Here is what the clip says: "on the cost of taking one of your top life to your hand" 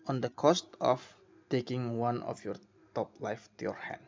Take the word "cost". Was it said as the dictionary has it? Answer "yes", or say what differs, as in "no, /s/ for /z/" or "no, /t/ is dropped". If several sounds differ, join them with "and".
yes